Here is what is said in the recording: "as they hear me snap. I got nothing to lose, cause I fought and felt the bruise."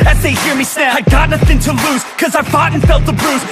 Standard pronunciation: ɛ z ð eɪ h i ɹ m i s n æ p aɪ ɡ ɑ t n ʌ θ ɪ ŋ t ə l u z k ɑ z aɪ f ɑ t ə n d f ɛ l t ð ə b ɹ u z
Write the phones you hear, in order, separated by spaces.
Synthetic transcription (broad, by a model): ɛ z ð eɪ h i ɹ m i s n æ aɪ ɡ ɑ t n ʌ θ ɪ ŋ t ə l u z k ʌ z aɪ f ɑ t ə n f ɛ l t ð ə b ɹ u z